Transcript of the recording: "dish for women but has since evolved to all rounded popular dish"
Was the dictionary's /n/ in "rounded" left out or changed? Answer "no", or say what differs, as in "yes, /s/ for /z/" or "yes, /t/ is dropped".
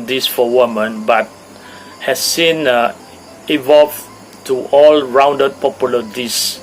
no